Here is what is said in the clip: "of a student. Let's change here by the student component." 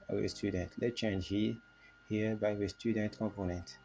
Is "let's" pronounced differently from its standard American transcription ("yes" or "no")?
yes